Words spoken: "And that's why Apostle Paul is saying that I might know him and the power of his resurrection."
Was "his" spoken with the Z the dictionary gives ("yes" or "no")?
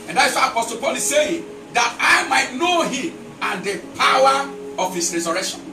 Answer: no